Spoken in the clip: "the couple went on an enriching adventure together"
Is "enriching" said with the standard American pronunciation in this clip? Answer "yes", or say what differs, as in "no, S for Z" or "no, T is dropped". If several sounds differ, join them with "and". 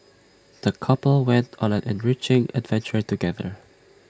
yes